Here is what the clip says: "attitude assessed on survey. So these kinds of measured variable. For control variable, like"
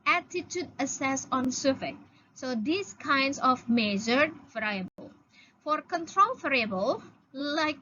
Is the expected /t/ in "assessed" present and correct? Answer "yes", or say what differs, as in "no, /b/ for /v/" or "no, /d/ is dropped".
no, /t/ is dropped